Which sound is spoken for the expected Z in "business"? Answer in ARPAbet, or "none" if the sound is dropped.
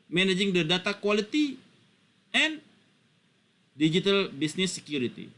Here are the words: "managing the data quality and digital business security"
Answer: S